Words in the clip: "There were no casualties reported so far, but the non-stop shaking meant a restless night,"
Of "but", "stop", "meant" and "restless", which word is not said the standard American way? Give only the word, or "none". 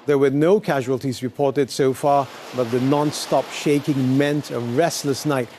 none